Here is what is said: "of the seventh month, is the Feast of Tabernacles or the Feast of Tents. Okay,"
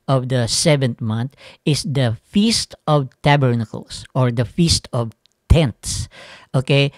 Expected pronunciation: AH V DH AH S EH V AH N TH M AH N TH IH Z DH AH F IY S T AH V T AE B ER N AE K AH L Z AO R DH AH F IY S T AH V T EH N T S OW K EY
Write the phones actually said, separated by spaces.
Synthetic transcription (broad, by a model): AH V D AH S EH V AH N T M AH N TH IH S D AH F IY S T AH V T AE B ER N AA K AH L S AO R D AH F IY S T AH V T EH N T S OW K EY